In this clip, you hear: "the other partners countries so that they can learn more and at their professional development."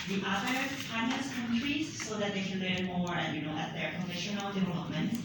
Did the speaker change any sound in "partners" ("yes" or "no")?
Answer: yes